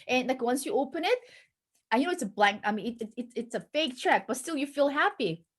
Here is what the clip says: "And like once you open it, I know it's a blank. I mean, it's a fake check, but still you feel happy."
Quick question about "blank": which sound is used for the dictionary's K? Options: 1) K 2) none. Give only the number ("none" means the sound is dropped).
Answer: 1